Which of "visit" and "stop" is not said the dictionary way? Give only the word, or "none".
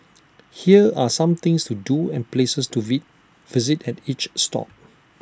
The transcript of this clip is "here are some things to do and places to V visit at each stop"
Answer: none